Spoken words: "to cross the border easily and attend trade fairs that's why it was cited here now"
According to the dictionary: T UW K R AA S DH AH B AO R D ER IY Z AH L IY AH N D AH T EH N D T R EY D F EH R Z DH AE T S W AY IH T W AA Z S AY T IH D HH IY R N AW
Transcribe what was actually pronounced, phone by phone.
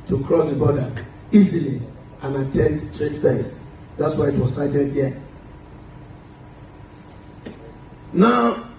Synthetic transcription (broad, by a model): T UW K R AA S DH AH B AO D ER IY Z AH L IY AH N AH T EH N D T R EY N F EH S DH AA T S W AY IH T W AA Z S AY T IH D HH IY N AW